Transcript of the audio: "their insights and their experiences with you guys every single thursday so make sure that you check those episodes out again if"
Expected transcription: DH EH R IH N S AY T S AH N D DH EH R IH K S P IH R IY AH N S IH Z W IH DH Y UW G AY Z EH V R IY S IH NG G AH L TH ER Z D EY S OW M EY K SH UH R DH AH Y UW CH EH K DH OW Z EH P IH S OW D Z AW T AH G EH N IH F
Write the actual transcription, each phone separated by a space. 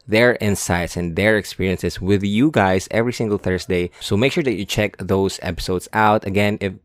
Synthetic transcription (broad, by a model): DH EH R IH N S AY T S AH N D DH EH R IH K S P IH R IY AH N S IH S W IH DH Y UW G AY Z EH V R IY S IH NG G AH L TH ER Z D EY S OW M EY K SH UH R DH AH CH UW CH EH K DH OW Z EH P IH S OW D S AW T AH G EH N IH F